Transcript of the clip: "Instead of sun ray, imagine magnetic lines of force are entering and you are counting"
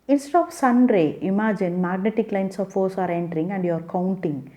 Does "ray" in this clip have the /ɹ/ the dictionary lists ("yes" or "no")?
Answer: yes